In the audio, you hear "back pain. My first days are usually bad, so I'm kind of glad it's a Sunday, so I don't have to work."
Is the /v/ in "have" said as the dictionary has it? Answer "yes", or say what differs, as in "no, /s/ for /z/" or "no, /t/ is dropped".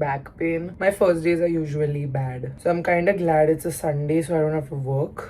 no, /f/ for /v/